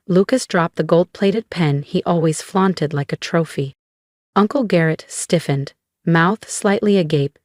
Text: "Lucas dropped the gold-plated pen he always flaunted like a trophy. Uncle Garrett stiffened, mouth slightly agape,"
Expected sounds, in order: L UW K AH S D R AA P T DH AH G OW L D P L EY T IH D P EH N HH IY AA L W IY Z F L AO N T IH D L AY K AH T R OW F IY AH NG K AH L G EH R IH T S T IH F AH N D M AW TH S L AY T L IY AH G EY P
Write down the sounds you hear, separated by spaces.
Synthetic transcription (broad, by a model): L UW K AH S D R AA P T DH AH G OW L D P L EY T IH D P EH N IY AA L W IY Z F L AO N T IH D L AY K AH T R OW F IY AH NG K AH L G EH R IH T S T IH F AH N D M AW TH S L AY T L IY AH G EY P